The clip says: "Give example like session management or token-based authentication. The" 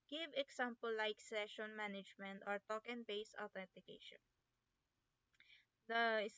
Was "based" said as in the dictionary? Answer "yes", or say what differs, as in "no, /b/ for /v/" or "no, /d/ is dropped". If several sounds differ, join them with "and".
no, /t/ is dropped